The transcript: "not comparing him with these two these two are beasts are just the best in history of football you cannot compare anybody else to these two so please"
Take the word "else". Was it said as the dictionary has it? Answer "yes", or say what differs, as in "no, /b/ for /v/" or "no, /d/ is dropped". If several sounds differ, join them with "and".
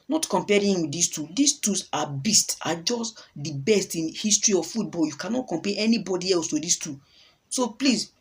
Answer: yes